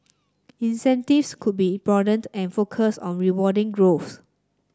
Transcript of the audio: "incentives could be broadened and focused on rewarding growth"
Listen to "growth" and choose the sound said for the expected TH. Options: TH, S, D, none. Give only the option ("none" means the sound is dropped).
S